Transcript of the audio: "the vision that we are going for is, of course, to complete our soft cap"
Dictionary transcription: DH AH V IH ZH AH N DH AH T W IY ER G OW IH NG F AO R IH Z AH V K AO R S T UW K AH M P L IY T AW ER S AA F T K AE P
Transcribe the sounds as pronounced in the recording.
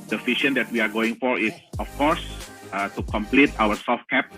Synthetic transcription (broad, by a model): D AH F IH SH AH N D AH T W IY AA G OW IH NG F AO R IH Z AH F K AO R S T UW K AH M P L IY T AW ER S AA F T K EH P